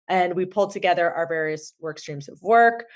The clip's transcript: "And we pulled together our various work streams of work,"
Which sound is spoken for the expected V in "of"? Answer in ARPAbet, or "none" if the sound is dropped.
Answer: V